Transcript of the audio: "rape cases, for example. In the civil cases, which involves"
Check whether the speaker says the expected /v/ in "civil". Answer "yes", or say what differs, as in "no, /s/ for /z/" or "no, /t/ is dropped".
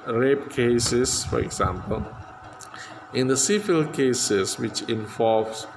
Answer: no, /f/ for /v/